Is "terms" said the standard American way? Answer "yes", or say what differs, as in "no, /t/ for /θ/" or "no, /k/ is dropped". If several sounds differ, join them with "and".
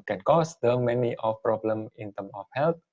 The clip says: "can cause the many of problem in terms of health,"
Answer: no, /z/ is dropped